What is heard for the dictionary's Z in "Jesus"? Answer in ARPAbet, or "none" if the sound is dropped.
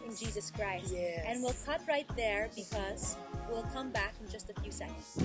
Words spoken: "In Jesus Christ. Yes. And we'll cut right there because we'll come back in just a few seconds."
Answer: Z